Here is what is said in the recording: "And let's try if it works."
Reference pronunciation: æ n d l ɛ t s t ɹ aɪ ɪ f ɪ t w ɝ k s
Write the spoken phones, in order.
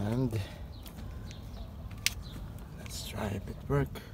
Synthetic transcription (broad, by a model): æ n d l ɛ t s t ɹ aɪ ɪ p ɪ t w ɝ k